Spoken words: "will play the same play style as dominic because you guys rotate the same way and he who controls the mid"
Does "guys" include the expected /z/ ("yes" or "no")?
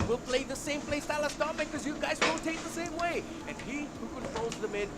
yes